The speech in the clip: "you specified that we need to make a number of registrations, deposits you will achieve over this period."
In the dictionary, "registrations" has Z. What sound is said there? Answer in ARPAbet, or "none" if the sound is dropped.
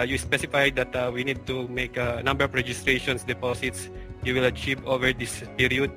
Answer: S